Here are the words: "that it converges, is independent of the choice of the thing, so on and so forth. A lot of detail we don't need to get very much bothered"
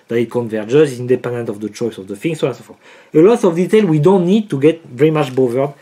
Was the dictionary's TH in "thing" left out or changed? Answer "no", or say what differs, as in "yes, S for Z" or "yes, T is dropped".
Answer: yes, F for TH